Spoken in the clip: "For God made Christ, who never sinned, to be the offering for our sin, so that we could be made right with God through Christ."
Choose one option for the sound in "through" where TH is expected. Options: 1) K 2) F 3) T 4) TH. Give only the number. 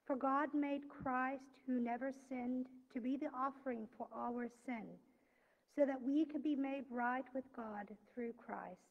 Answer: 4